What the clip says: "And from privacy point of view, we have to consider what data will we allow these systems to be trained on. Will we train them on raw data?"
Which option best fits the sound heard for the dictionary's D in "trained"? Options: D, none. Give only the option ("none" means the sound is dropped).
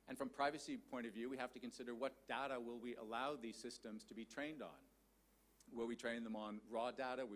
D